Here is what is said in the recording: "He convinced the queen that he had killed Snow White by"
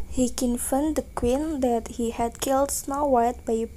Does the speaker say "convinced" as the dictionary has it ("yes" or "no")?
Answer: no